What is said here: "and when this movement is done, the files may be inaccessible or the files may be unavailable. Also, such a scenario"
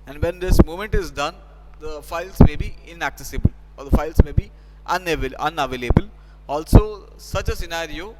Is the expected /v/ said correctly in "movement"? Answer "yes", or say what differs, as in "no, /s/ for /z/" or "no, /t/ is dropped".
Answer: no, /v/ is dropped